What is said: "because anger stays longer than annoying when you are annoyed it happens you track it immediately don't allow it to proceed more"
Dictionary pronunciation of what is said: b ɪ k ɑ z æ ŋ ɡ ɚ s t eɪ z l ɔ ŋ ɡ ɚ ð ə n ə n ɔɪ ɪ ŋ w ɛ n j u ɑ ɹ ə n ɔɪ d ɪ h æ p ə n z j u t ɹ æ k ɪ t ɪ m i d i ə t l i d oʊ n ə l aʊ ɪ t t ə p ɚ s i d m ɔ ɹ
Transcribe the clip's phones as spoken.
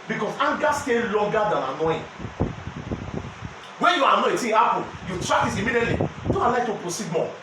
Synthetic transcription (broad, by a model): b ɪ k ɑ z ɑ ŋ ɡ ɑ s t eɪ l ɔ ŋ ɡ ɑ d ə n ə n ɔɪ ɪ w ɛ n j u ɑ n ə ɛ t ɪ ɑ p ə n j u t ɹ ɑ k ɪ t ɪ m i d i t l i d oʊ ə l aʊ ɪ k t ə p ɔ s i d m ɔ